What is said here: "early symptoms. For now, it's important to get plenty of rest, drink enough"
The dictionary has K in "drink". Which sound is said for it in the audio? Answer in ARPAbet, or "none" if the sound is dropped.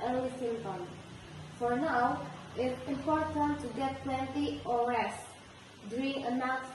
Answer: none